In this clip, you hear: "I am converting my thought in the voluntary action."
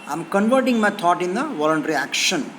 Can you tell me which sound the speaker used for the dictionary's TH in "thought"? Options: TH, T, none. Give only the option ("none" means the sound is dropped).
T